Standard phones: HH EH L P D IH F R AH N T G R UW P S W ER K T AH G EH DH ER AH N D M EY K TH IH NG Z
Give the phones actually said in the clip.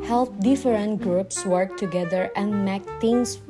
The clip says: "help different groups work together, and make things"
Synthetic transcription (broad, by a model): HH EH L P D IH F R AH N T G R UW P S W ER K T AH G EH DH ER AH N D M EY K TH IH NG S